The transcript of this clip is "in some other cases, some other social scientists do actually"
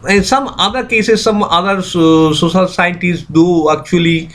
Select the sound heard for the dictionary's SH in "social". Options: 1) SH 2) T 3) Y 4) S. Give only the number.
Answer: 4